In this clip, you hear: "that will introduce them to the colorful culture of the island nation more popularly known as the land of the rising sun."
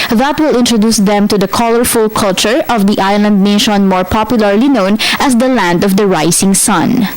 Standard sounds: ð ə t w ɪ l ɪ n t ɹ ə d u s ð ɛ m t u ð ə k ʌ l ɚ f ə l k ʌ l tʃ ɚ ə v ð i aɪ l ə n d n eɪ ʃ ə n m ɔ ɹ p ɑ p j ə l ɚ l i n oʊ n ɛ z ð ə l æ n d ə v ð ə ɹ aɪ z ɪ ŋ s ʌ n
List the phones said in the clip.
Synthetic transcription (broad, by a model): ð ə t w ɪ l ɪ n t ɹ ə d u s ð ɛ m t u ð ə k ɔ l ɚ f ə l k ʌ l tʃ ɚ ə v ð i aɪ l ə n d n eɪ ʃ ə n m ɔ ɹ p ɑ p j ə l ɚ l i n oʊ n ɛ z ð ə l æ n d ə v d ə ɹ aɪ s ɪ ŋ s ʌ n